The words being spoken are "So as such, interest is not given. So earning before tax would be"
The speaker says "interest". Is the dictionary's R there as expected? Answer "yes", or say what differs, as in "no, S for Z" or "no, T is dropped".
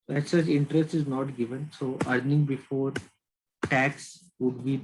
yes